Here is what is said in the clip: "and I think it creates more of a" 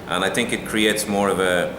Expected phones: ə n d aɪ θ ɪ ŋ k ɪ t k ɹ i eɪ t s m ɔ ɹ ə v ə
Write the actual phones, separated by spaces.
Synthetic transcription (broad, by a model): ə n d aɪ θ ɪ ŋ k ɪ t k ɹ i eɪ t s m ɔ ɹ ə v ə